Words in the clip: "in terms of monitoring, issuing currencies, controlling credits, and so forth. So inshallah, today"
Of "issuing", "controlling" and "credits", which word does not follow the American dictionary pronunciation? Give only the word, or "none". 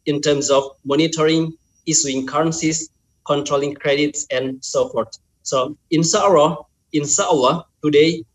issuing